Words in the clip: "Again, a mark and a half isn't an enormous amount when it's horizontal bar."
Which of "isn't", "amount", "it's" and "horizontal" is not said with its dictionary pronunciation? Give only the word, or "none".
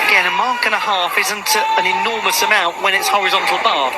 none